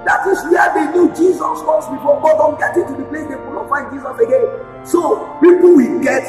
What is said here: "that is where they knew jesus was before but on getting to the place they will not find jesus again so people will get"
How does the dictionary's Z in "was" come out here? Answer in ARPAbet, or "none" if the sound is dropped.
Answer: S